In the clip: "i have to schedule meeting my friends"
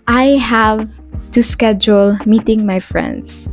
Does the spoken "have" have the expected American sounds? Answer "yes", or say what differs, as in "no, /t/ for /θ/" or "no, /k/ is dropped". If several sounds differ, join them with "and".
yes